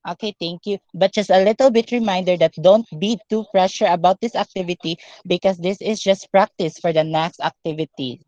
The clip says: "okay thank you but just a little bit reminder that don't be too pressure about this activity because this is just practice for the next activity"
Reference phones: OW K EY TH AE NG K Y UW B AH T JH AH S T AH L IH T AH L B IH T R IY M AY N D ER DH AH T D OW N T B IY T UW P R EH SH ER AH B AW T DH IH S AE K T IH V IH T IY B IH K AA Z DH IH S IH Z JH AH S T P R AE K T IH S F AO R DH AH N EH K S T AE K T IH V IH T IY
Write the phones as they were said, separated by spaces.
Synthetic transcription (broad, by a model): OW K EY T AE NG K Y UW B AH T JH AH S T AH L IH T AH L B IH T R IY M AY N D ER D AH T D OW N T B IY T UW P R EH SH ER AH B AW T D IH S AE K T IH V IH T IY B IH K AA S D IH S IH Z JH AH S T P R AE K T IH S F AO R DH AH N EH K S T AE K T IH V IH T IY